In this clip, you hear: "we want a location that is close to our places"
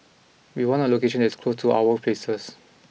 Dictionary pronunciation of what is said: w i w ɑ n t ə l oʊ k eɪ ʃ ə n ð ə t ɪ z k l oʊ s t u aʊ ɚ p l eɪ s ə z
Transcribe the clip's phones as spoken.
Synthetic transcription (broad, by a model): w i w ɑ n ə l oʊ k eɪ ʃ ə n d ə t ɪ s k l oʊ s t u aʊ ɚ p l eɪ s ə s